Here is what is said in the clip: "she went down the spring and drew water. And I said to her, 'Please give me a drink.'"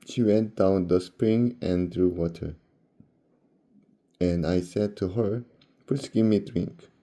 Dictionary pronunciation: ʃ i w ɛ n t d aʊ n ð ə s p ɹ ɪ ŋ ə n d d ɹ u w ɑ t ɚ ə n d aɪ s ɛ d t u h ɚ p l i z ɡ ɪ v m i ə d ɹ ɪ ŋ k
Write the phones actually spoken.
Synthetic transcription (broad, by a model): ʃ i w ɛ n d aʊ n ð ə s p ɹ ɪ ŋ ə n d d ɹ u w ɑ t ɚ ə n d aɪ s ɛ d t u h ɚ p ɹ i s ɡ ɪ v m i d ɹ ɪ ŋ k